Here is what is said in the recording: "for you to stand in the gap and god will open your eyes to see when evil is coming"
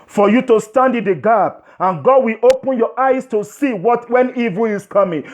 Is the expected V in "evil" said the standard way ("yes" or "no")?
yes